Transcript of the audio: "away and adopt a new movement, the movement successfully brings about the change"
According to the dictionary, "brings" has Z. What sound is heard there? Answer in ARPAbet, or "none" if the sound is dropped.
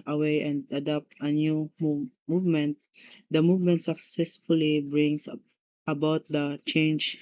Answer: S